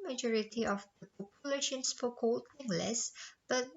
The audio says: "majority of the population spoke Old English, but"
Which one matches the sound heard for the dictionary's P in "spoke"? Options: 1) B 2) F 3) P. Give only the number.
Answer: 2